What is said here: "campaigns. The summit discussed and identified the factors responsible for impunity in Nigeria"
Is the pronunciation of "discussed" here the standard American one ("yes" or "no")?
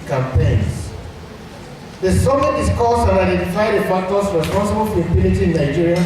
no